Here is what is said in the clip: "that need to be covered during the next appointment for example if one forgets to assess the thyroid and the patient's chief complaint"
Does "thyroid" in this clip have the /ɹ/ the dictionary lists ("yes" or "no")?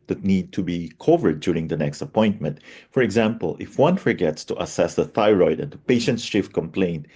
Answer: yes